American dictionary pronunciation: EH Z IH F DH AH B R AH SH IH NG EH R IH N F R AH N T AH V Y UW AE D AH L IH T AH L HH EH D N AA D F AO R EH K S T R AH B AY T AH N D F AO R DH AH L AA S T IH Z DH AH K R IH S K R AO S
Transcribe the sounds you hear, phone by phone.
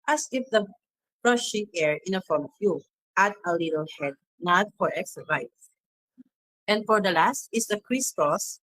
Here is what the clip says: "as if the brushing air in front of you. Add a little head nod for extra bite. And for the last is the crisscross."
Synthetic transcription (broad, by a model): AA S IH F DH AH B R AH SH IH NG EH R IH N F AO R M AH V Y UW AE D AH L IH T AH L HH EH D N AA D F AO R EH K S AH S AY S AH N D F AO R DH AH L AA S T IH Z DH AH K R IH S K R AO S